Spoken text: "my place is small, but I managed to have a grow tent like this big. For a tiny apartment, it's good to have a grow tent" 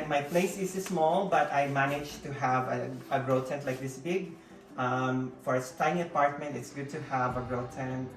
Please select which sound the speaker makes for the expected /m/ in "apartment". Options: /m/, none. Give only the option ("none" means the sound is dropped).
/m/